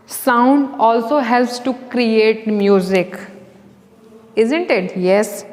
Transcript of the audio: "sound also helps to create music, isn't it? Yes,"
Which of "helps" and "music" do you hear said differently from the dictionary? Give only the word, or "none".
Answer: none